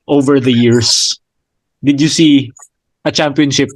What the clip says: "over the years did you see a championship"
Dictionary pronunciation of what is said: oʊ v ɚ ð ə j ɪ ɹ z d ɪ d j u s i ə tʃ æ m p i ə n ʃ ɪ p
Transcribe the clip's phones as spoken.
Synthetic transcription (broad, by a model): oʊ v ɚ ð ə j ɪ ɹ s d ɪ d j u s i ə tʃ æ m p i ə n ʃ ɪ p